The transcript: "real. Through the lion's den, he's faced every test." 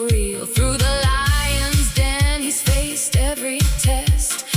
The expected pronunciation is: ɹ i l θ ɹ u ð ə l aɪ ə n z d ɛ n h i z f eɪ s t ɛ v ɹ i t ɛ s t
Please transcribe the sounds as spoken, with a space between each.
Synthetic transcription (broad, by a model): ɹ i l θ ɹ u ð ə l aɪ ə n z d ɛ n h i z f eɪ s t ɛ v ɹ i t ɛ s t